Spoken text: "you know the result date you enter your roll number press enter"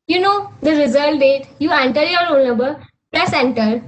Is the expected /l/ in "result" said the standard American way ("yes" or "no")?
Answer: no